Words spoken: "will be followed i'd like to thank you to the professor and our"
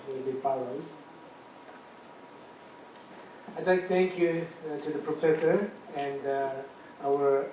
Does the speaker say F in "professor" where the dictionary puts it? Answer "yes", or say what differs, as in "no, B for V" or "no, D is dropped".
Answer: yes